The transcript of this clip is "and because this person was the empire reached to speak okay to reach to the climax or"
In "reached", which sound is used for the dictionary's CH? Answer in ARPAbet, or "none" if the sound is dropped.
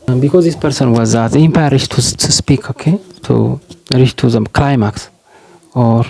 SH